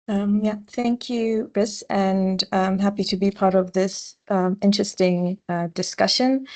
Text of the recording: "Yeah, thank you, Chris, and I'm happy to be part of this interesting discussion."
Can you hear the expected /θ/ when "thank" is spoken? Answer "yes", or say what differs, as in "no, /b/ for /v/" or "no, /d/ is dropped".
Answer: yes